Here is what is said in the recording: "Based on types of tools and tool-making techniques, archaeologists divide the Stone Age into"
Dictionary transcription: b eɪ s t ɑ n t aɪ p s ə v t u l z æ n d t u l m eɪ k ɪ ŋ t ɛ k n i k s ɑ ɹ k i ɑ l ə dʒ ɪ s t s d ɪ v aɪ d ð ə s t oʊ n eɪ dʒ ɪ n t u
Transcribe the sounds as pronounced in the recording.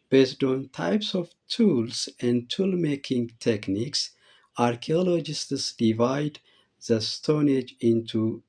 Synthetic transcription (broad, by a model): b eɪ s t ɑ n t aɪ p s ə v t u l s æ n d t u l m eɪ k ɪ ŋ t ɛ k n i k s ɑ ɹ k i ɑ l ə dʒ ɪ s t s d ɪ v aɪ d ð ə s t oʊ n eɪ dʒ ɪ n t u